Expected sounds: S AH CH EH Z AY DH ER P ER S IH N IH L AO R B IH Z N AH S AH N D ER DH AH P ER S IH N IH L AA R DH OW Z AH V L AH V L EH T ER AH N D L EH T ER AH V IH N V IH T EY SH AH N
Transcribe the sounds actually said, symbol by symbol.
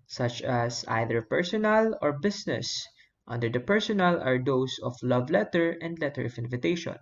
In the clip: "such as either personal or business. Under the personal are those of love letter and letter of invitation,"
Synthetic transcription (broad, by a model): S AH CH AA S AY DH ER P ER S IH N IH L AO R B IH S N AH S AH N D ER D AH P ER S IH N IH L AA R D OW S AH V L AH V L EH T ER AH N D L EH T ER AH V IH N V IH T EY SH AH N